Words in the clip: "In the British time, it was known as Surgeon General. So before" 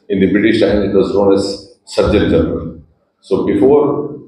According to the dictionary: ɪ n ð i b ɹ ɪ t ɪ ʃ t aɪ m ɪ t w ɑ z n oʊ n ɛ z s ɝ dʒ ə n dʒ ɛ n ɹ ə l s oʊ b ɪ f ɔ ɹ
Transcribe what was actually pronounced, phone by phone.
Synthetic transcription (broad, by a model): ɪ n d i b ɹ ɪ t ɪ ʃ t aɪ ɪ t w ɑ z n oʊ n ɛ z s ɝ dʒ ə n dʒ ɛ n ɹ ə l s oʊ b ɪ f ɔ ɹ